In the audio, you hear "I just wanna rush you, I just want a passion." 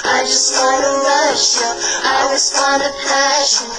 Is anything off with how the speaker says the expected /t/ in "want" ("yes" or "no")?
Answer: yes